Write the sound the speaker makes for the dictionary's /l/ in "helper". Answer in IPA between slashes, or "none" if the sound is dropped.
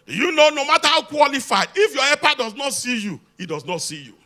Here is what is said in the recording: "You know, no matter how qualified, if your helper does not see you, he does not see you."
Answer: none